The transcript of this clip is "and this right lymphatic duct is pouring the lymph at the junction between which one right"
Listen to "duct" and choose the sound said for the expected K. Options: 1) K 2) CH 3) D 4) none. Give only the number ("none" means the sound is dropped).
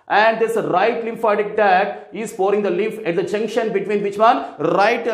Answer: 4